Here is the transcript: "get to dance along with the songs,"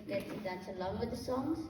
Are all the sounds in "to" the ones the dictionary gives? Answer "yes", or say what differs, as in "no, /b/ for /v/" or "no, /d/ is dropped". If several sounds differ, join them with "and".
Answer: no, /s/ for /t/